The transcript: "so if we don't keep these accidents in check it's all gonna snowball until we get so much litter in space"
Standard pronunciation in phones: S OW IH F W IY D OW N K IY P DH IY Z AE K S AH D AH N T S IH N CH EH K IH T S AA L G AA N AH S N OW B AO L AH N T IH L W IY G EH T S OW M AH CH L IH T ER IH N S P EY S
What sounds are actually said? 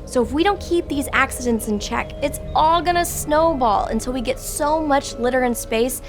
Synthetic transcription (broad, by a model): S OW IH F W IY D OW N K IY P DH IY Z AE K S AH D AH N T S IH N CH EH K IH T S AA L G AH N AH S N OW B AO L AH N T IH L W IY G EH T S OW M AH CH L IH T ER IH N S P EY S